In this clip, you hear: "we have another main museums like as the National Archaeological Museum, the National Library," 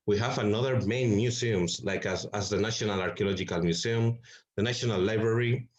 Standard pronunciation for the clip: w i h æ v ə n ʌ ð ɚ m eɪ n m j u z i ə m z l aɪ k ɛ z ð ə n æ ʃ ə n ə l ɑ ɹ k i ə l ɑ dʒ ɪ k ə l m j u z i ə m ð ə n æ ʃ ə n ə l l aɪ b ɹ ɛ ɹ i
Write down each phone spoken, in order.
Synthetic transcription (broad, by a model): w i h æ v ə n ʌ ð ɚ m eɪ n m j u s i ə m s l aɪ k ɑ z ð ə n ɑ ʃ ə n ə l ɑ ɹ k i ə l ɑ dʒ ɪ k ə l m j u s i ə m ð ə n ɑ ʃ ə n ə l l aɪ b ɹ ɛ ɹ i